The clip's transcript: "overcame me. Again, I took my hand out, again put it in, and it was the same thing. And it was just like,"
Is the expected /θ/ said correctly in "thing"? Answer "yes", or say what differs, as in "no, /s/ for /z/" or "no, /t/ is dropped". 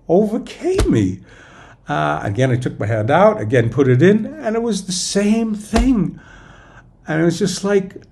yes